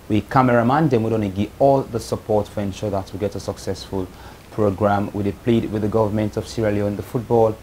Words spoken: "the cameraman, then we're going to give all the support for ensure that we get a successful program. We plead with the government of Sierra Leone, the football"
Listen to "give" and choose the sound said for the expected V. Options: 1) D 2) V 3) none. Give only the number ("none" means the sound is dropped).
3